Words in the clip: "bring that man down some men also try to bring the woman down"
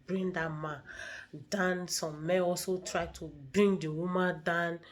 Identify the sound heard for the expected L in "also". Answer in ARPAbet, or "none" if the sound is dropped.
L